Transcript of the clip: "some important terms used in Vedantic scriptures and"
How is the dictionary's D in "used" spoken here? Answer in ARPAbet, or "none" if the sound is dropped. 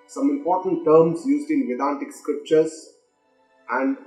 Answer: D